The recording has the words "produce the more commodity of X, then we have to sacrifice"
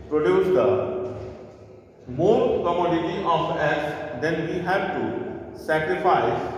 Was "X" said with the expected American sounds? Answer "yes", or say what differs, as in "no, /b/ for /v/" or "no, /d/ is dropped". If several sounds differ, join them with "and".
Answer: no, /k/ is dropped